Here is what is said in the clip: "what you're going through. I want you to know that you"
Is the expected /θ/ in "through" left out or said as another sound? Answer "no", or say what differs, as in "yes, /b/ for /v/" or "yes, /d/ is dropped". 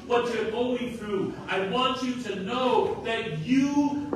no